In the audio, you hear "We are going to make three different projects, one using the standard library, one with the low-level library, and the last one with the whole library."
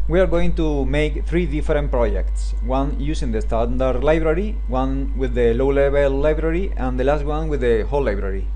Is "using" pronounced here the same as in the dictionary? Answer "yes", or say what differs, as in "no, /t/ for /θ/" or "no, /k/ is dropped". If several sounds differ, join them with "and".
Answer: no, /s/ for /z/